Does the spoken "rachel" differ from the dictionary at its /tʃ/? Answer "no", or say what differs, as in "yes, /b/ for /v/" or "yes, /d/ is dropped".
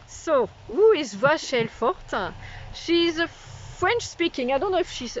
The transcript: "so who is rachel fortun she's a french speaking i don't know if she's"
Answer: yes, /ʃ/ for /tʃ/